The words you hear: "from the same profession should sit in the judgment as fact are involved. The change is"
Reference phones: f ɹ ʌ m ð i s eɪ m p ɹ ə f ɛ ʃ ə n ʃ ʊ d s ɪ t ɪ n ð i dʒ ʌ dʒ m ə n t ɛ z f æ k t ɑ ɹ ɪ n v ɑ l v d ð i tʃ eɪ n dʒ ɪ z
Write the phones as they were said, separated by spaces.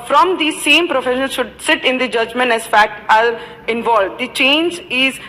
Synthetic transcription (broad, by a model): f ɹ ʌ m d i s eɪ m p ɹ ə f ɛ ʃ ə l ʃ ʊ d s ɪ t ɪ n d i dʒ ʌ dʒ m ə n t ɛ z f æ k t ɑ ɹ ɪ n v ɑ l v d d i tʃ eɪ n dʒ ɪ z